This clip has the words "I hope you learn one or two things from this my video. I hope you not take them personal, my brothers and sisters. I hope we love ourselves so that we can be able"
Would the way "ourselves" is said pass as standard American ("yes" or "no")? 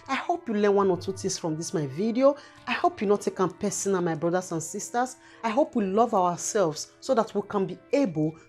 no